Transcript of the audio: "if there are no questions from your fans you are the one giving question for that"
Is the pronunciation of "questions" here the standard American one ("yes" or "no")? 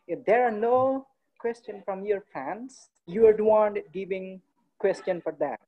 no